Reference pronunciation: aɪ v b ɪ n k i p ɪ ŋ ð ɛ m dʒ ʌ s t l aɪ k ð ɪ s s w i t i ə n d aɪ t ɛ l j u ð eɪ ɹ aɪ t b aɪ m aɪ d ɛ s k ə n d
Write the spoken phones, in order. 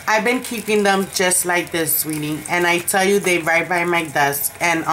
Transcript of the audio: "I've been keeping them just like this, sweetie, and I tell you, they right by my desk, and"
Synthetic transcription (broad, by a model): aɪ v b ɪ n k i p ɪ ŋ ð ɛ m dʒ ʌ s t l aɪ k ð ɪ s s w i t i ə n aɪ t ɛ l j u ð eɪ ɹ aɪ t b aɪ m aɪ d ɛ s k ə n